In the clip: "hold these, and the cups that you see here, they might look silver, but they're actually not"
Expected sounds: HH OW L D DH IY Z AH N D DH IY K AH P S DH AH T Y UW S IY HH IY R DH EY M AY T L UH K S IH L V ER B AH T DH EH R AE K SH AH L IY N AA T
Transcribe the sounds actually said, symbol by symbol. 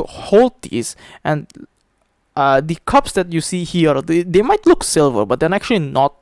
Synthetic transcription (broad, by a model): HH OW L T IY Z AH N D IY K AH P S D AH T Y UW S IY HH IY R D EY M AY T L UH K S IH L V ER B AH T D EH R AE K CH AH L IY N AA T